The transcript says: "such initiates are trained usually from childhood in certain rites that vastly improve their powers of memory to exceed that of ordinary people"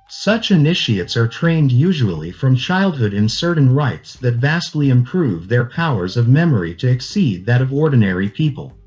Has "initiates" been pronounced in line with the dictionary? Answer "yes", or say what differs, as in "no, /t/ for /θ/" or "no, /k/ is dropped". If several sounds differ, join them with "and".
yes